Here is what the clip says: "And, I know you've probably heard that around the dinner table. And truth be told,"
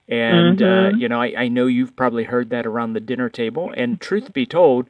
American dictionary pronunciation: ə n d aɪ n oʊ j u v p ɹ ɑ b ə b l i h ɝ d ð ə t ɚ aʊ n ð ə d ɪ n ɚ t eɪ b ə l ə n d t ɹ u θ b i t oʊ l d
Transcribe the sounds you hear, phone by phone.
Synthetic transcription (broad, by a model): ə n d aɪ n oʊ j u v p ɹ ɑ b ə b l i h ɝ d ð ə t ɚ aʊ n ð ə d ɪ n ɚ t eɪ b ə l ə n t ɹ u θ b i t oʊ l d